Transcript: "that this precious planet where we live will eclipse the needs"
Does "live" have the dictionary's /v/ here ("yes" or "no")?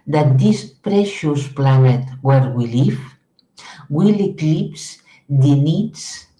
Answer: no